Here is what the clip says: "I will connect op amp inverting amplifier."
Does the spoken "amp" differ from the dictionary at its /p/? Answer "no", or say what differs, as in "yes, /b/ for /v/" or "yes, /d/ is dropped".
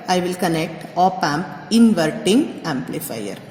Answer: no